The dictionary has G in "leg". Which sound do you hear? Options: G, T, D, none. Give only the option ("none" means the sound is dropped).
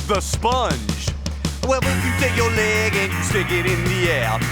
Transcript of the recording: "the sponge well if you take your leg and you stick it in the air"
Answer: G